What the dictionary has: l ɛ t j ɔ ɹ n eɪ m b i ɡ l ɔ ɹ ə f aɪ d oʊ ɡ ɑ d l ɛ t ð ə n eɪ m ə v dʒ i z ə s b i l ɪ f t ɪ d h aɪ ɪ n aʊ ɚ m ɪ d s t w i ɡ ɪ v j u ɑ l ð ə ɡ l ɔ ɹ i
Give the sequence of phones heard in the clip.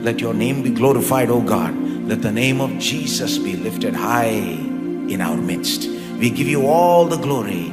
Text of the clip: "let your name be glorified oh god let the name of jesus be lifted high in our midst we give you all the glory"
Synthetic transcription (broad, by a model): l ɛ t j ɔ ɹ n eɪ m b i ɡ l ɔ ɹ ə f aɪ d oʊ ɡ ɑ d l ɛ t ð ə n eɪ m ə v dʒ i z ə s b i l ɪ f t ɪ d h aɪ ɪ n aʊ ɚ m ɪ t s t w i ɡ ɪ v j u ɑ l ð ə ɡ l ɔ ɹ i